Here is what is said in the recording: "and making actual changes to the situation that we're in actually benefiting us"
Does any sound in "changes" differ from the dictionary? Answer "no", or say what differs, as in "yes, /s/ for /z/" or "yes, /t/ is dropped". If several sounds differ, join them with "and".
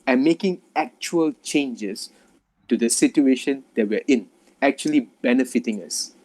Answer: yes, /s/ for /z/